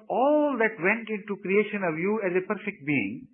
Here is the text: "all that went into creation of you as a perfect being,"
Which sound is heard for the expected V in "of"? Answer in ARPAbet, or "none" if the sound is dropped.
V